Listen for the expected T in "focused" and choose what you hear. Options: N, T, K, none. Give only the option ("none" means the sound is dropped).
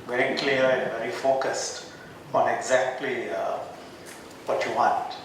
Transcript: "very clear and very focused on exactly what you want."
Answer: T